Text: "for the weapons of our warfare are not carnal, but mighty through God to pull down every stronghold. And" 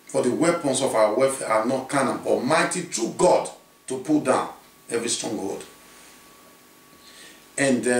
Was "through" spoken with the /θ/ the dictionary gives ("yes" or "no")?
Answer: no